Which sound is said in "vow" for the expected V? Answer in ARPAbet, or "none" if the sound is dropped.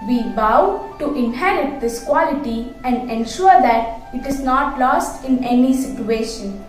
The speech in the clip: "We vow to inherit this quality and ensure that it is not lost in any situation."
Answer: B